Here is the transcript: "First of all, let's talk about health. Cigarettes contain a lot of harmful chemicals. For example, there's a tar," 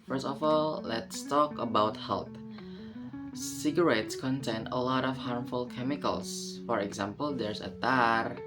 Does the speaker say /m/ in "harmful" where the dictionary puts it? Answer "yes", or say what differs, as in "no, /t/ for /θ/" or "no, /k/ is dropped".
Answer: yes